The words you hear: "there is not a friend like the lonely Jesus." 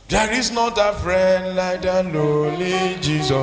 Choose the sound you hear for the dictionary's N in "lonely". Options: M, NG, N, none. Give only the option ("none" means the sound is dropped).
none